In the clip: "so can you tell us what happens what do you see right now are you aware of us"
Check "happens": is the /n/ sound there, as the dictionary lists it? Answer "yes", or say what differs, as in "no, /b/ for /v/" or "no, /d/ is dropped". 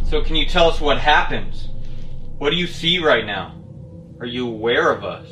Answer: yes